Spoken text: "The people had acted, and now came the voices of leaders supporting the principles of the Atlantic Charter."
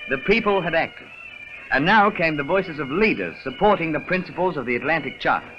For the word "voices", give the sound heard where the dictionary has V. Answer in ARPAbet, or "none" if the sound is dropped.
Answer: V